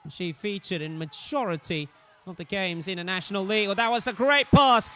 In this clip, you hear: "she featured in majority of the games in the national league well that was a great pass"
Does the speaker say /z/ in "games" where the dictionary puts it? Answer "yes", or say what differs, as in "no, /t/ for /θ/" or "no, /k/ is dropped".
yes